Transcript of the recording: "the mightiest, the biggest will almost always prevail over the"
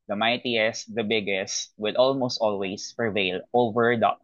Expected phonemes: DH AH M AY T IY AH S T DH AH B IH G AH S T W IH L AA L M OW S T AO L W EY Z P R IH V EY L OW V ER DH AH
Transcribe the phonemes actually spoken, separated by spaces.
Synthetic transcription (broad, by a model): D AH M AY T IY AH S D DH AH B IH G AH S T W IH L AA L M OW S T AO L W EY S P R IH V EY L OW V ER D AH